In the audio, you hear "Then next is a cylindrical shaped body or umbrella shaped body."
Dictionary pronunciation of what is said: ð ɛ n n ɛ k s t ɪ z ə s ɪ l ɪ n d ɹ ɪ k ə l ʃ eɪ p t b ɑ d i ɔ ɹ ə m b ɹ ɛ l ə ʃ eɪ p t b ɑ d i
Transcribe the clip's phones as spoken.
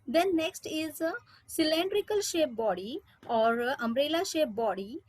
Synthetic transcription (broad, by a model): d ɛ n n ɛ k s t ɪ z ə s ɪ l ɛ n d ɹ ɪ k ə l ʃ eɪ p b ɑ d i ɔ ɹ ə m ɹ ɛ l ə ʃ eɪ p b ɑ d i